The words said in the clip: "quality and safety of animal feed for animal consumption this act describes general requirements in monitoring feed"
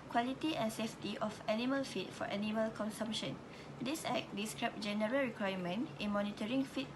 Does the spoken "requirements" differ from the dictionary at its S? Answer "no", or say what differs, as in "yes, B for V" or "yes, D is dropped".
yes, S is dropped